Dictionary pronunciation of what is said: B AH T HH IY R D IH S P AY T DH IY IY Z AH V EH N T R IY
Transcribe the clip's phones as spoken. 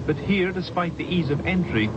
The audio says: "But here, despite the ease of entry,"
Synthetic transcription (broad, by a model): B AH T HH IY R D IH S P AY T DH IY IY Z AH V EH N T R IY